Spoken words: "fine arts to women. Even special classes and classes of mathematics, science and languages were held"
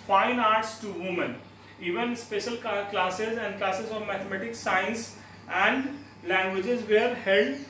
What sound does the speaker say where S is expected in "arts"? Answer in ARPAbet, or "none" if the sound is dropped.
S